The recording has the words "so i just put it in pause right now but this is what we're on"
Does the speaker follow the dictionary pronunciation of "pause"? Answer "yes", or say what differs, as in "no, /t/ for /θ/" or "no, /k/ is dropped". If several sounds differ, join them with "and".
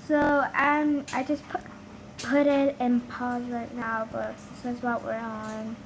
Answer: yes